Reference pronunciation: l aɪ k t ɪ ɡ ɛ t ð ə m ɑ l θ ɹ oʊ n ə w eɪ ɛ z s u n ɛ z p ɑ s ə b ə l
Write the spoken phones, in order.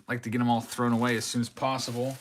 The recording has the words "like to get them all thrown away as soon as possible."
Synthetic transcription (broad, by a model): l aɪ k t ɪ ɡ ɛ t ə m ɑ l θ ɹ oʊ n ə w eɪ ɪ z s u n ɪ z p ɑ s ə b l